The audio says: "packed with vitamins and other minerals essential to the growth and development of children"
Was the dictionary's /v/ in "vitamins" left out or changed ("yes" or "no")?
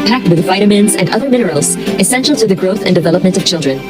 no